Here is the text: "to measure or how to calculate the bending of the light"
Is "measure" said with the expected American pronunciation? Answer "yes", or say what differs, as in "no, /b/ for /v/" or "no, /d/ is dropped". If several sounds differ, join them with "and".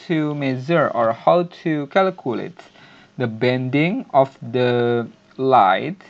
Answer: no, /z/ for /ʒ/